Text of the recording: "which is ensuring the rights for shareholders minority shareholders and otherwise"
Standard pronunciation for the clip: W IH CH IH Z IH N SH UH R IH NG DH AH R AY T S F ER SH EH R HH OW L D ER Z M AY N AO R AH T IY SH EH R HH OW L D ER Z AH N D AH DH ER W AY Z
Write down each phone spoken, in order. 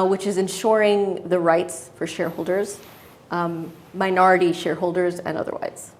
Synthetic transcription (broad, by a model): W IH CH IH Z IH N SH UH R IH NG DH AH R AY T S F ER SH EH R HH OW L D ER Z M AY N AO R AH T IY SH EH R HH OW L D ER Z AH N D AH DH ER W AY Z